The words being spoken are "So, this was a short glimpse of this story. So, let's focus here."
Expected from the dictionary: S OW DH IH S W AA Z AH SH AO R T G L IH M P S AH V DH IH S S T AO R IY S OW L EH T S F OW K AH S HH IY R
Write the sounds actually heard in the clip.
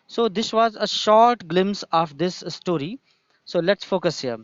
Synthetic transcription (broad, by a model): S OW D IH S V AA Z AH SH AO R T G L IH M S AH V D IH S S T AO R IY S OW L EH T S F OW K AH S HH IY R